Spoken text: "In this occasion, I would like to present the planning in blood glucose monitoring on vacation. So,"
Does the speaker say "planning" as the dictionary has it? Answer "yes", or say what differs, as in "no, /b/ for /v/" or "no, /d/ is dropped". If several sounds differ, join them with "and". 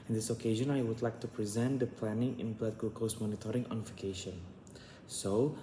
yes